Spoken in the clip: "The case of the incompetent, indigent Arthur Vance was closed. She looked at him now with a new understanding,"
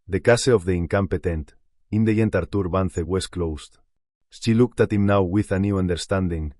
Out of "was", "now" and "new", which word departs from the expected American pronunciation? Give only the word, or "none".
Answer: was